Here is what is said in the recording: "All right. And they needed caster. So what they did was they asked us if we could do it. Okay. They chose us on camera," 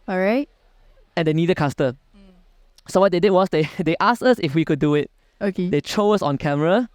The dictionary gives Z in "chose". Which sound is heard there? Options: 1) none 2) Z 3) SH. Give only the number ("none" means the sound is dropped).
1